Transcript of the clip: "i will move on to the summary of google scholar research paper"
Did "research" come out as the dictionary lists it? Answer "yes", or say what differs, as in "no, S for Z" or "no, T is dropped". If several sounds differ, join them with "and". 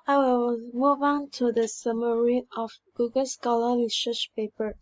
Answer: no, L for R